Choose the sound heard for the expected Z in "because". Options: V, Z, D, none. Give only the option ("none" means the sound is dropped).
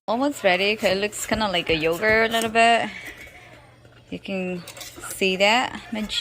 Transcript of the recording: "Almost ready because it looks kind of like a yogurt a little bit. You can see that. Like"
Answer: none